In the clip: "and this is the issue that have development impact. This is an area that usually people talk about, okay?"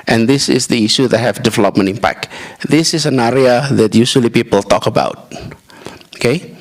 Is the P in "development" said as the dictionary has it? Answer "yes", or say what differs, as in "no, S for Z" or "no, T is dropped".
yes